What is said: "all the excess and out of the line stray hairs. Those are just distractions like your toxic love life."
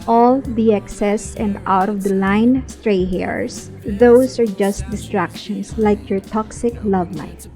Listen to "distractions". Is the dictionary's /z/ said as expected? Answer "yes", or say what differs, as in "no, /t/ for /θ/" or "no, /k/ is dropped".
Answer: no, /s/ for /z/